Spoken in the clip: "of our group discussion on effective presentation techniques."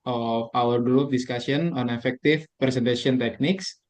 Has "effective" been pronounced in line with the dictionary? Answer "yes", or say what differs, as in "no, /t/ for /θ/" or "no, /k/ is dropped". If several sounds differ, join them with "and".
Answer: no, /f/ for /v/